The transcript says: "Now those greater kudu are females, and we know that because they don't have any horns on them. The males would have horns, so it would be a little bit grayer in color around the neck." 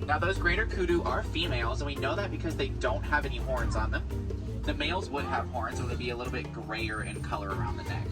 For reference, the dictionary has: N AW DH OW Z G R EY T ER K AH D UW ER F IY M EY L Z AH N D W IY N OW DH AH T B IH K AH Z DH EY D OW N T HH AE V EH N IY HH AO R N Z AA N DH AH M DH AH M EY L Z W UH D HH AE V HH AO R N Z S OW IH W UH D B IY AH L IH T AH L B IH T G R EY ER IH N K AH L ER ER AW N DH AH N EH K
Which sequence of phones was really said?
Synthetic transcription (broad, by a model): N AW DH OW Z G R EY T ER K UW D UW ER F IY M EY L Z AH N W IY N OW DH AH T B IH K AH Z DH EY D OW N T HH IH V EH N IY HH AO R N Z N DH AH M DH AH M EY L Z W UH D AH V HH AO R N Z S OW IH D B IY AH L IH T L B IH T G R EY ER IH N K AH L ER ER AW N DH AH N EH K